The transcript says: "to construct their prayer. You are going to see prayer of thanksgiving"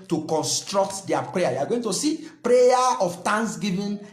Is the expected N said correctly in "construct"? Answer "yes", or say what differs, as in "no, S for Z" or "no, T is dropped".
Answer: yes